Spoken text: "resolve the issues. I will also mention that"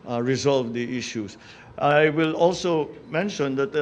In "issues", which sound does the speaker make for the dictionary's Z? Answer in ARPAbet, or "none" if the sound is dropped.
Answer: S